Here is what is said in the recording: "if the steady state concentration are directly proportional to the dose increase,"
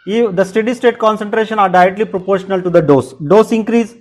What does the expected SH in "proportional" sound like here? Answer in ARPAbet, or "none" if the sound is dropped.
SH